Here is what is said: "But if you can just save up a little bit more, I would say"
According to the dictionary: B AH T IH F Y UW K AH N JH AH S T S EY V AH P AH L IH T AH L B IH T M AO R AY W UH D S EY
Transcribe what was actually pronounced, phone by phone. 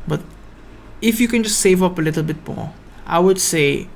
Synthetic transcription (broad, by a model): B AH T IH F Y UW K AH N JH AH S T S EY V AH P AH L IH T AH L B IH T M AO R AY W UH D S EY